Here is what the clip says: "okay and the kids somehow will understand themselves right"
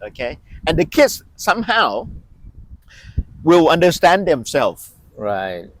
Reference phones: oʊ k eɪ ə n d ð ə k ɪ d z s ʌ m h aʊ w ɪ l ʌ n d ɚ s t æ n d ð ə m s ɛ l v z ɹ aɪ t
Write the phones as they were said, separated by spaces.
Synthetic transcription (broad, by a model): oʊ k eɪ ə n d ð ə k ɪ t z s ʌ m h aʊ w ɪ l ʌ n d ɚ s t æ n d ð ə m s ɛ l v ɹ aɪ t